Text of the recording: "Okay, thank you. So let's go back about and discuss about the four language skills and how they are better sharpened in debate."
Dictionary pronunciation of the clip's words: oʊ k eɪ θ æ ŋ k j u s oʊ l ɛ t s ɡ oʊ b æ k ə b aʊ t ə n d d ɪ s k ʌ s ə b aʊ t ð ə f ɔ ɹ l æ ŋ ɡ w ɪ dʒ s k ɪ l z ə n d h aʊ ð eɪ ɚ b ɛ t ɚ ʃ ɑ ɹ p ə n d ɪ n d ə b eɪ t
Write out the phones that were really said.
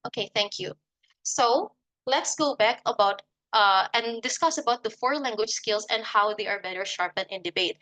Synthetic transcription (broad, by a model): oʊ k eɪ θ æ ŋ k j u s oʊ l ɛ t s ɡ oʊ b æ k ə b aʊ t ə n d d ɪ s k ʌ s ə b aʊ t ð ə f ɔ ɹ l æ ŋ ɡ w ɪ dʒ s k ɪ l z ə n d h aʊ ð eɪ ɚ b ɛ t ɚ ʃ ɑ ɹ p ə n ɪ n d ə b eɪ t